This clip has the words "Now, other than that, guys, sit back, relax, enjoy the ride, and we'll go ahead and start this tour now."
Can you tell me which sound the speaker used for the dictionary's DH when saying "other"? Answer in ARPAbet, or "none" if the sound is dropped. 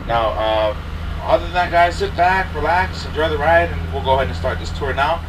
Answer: none